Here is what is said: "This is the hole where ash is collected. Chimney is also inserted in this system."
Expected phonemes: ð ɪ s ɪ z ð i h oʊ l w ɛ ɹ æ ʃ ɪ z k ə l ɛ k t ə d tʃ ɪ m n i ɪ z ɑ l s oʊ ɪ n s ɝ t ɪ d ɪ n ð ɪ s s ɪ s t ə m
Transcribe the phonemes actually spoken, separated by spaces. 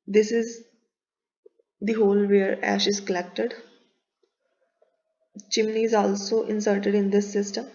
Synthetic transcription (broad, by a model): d ɪ s ɪ z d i h oʊ l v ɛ ɹ æ ʃ ɪ z k ə l ɛ k t ə d tʃ ɪ m n i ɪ z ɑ l s oʊ ɪ n s ɝ t ɪ d ɪ n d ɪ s s ɪ s t ə m